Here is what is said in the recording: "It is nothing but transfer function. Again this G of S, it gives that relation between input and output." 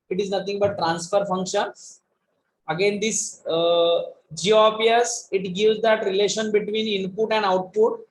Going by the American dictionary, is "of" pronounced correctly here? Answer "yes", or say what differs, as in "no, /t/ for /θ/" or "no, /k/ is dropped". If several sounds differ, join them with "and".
no, /p/ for /v/